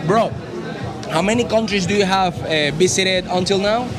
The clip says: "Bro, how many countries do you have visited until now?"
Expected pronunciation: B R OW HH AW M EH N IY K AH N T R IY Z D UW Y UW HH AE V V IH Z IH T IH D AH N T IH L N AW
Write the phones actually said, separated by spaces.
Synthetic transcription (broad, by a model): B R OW HH AW M EH N IY K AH N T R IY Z D UW Y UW HH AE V B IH S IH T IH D AH N T IH L N AW